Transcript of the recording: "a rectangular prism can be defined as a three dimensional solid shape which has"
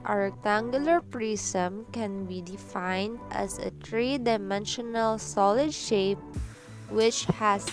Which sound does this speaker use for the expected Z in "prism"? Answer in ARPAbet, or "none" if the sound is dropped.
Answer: S